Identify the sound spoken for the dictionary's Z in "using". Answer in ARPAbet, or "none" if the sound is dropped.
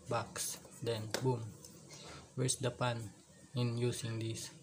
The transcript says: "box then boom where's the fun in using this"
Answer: S